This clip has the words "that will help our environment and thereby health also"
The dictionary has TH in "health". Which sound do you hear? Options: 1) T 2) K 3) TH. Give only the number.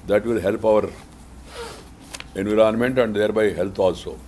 1